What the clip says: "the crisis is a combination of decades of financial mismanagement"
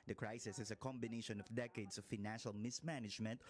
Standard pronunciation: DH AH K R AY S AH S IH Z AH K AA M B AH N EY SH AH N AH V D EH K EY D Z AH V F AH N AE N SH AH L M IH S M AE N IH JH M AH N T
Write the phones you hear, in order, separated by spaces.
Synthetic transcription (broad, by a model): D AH K R AY S AH S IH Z AH K AA M B AH N EY SH AH N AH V D EH K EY D S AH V F AH N AE N SH AH L M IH S M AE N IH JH M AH N T